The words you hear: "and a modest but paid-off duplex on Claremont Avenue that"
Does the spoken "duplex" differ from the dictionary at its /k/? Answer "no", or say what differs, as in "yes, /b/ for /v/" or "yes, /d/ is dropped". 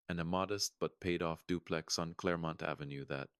no